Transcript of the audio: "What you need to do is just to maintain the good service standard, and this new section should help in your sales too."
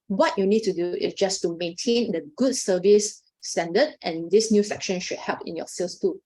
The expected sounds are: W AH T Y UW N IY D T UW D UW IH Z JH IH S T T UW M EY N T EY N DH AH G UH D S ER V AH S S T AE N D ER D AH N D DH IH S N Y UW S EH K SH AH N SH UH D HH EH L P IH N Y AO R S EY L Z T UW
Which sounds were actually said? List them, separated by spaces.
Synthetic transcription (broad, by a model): W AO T Y UW N IY D T UW D UW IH S JH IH S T T UW M EY N T EY N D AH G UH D S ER V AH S S T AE N D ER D AH N D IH S N Y UW S EH K SH AH N SH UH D HH EH L P IH N Y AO S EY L S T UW